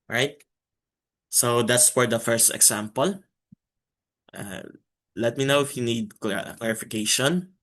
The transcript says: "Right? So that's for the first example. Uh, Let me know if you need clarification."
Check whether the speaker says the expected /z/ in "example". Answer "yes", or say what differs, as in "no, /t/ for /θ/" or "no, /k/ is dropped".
no, /s/ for /z/